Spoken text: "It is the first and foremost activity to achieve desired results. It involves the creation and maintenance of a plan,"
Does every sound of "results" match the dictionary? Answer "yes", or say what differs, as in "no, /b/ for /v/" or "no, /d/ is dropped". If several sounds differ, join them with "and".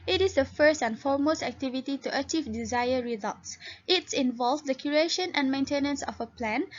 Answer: yes